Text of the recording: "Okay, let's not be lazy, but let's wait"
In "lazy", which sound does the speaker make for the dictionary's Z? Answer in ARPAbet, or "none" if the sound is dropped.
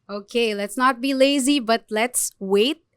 Z